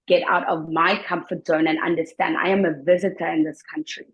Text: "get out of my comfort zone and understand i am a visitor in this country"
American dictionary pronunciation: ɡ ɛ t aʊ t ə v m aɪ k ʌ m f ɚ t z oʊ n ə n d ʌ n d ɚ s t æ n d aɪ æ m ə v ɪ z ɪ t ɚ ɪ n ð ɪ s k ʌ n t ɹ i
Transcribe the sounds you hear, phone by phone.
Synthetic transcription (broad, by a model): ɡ ɛ t aʊ t ə v m aɪ k ʌ m f ɚ t z oʊ n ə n ʌ n d ɚ s t æ n d aɪ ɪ m ə v ɪ z ɪ t ɚ ɪ n ð ɪ s k ʌ n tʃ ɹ i